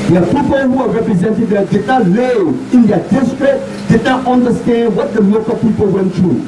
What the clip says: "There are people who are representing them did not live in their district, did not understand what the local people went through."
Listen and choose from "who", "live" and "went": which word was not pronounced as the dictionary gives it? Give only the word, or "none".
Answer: live